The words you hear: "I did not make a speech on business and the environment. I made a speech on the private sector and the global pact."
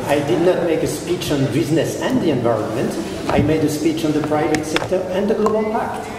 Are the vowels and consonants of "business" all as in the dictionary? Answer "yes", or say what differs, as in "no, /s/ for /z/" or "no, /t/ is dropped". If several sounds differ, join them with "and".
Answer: yes